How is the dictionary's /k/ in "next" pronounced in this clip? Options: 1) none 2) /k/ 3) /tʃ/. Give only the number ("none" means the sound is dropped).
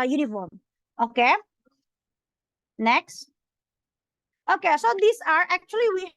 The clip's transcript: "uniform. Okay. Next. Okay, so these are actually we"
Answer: 2